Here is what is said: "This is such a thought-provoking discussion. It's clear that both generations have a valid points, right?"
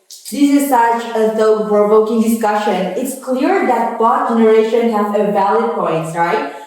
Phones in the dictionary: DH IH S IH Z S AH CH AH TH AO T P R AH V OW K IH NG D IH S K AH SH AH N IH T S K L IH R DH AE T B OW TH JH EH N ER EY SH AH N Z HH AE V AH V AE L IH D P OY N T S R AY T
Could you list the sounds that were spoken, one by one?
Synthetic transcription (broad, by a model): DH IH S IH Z S AH CH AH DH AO P R AH V OW K IH NG D IH S K AH SH AH N IH T S K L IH R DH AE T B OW T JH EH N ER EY SH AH N HH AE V AH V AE L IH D P OY N T S R AY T